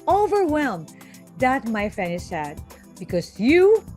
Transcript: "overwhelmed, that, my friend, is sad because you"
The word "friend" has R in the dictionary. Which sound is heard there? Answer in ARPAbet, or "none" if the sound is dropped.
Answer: none